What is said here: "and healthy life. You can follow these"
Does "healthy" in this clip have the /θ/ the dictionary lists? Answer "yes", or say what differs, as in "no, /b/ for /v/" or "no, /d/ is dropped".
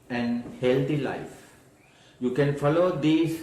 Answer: no, /t/ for /θ/